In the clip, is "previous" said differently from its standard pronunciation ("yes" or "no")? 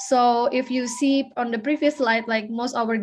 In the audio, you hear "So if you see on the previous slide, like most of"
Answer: yes